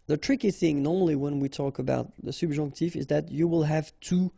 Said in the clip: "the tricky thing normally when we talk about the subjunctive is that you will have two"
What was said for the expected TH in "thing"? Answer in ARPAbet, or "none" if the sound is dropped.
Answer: TH